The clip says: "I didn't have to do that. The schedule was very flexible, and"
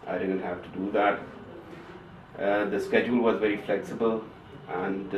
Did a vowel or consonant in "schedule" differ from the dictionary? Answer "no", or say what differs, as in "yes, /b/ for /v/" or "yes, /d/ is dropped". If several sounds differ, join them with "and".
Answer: no